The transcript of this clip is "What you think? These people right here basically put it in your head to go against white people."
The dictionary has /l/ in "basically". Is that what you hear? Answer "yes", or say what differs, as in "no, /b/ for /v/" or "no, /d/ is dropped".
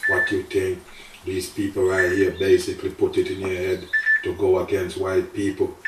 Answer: yes